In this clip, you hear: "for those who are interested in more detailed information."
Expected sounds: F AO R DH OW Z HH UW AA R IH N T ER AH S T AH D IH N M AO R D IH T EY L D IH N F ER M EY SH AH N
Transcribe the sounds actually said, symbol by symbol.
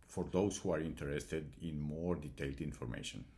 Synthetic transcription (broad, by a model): F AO R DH OW S HH UW AA R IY N T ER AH S T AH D IH N M AO R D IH T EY L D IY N F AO M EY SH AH N